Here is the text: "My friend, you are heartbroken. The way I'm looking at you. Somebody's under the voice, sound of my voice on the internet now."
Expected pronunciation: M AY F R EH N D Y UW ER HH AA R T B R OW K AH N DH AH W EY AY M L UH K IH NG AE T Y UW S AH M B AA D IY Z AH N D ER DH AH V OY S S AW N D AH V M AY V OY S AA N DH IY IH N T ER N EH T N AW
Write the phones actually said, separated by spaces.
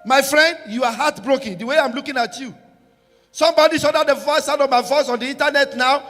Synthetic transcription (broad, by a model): M AY F R EH N D Y UW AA HH AA T B R OW K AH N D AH W EY AY M L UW K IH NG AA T Y UW S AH M B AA D IY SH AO D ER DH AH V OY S S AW D AH V M AY V OY S AA N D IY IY N T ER N EH T N AW